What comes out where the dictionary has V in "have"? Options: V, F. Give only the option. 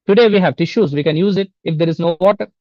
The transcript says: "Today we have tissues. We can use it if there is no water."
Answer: V